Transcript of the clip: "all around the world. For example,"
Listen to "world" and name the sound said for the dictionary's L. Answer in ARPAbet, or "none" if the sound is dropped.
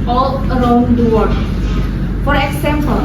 none